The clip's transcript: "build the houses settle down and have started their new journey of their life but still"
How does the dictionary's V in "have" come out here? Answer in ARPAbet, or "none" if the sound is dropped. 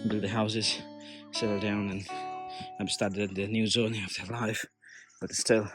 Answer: B